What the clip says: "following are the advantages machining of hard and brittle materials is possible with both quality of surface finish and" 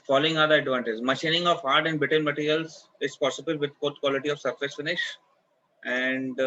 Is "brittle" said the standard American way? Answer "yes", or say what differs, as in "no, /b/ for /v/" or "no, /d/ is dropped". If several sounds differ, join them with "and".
no, /ɹ/ is dropped and /n/ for /l/